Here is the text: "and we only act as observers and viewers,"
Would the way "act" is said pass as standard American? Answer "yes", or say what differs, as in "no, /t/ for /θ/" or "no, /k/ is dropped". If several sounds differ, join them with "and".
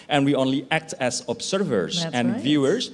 yes